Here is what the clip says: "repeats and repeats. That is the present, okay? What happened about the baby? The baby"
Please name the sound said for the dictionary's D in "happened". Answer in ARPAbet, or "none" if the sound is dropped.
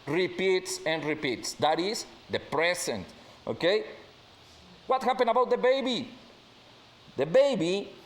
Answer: none